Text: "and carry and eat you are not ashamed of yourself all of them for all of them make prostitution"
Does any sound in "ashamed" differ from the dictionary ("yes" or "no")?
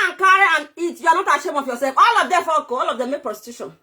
yes